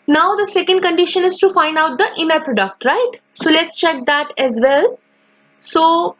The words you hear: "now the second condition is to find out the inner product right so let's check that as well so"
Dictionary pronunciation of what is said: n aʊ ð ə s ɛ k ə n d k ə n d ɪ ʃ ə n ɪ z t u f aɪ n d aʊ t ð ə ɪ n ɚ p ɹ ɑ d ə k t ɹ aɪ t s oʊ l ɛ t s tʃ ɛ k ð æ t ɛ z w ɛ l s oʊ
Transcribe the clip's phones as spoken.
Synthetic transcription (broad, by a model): n aʊ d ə s ɛ k ə n d k ə n d ɪ ʃ ə n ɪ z t u f aɪ n d aʊ t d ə ɪ n ɚ p ɹ ɑ d ə k t ɹ aɪ t s oʊ l ɛ t s tʃ ɛ k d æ t ɛ z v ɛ l s oʊ